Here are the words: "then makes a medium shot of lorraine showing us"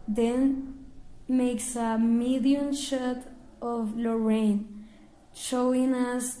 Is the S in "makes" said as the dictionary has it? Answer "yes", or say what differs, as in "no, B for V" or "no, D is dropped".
yes